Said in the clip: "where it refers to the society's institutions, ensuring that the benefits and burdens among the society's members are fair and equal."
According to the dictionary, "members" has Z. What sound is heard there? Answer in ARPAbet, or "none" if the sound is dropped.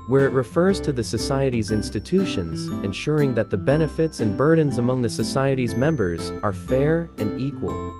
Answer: Z